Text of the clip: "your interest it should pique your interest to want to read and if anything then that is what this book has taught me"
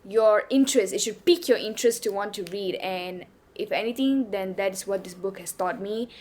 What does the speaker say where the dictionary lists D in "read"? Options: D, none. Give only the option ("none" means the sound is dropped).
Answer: D